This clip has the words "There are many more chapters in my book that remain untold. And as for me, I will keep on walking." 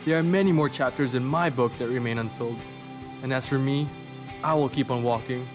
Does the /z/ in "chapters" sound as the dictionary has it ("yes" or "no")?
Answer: yes